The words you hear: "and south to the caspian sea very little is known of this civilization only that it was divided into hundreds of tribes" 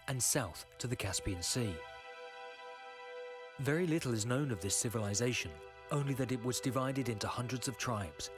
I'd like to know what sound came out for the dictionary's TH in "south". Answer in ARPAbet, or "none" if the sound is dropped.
TH